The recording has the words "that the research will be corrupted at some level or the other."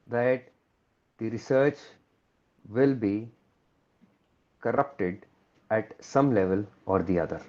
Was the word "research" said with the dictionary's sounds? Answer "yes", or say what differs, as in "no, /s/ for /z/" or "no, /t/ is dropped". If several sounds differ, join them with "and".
yes